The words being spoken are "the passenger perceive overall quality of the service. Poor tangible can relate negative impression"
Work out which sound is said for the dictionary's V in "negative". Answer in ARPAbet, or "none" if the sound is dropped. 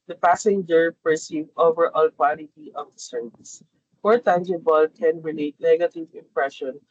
V